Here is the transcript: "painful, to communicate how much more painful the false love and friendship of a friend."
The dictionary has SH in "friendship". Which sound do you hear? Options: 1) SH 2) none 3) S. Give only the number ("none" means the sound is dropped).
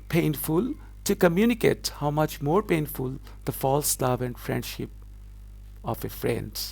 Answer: 1